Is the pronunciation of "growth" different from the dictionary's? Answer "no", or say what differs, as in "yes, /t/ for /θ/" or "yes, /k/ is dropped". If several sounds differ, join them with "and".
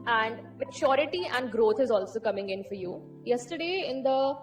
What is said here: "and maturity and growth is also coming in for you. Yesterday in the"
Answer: yes, /t/ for /θ/